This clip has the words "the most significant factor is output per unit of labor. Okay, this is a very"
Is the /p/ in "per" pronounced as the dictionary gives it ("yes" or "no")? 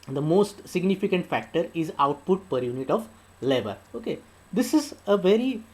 yes